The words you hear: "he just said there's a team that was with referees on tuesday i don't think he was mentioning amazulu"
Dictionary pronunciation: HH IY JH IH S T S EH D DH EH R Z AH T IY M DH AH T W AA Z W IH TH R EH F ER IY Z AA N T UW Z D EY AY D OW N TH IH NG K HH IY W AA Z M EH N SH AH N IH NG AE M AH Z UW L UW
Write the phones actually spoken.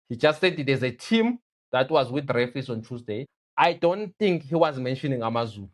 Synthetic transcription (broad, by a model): HH IY JH IH S T S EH D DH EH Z AH T IY M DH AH T W AA Z W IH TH R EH F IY S AA N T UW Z D EY AY D OW N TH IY NG K HH IY W AA Z M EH N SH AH N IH NG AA M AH Z UW L UW